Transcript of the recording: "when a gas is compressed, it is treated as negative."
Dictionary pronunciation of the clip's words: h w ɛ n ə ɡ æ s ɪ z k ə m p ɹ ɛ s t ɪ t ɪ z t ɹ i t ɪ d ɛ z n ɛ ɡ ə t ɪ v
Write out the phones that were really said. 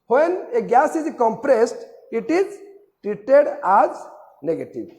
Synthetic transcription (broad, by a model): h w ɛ n ə ɡ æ s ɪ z k ə m p ɹ ɛ s t ɪ t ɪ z t ɹ i t ɪ d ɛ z n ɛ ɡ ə t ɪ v